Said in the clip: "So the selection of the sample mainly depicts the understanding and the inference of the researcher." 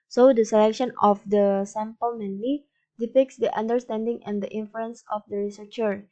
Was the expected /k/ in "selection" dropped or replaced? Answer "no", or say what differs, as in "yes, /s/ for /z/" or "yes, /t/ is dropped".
no